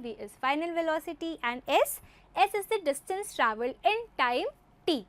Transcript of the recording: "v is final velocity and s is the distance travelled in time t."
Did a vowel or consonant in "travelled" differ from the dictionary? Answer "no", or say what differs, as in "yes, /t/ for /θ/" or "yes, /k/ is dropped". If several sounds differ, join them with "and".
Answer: yes, /d/ is dropped